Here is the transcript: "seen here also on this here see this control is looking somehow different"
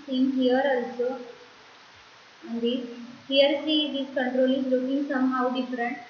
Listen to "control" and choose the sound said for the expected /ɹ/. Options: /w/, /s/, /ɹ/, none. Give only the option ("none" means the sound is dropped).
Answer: /ɹ/